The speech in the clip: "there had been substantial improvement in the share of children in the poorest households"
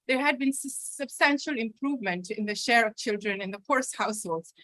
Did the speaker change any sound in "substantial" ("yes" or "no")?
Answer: no